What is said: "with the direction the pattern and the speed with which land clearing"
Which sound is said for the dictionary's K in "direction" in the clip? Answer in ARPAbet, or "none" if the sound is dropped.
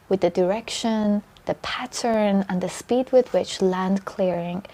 K